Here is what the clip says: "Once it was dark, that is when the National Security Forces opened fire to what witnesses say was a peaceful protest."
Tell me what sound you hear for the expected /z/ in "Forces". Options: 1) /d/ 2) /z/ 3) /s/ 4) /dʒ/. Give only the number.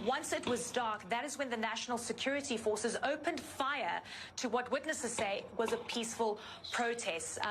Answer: 2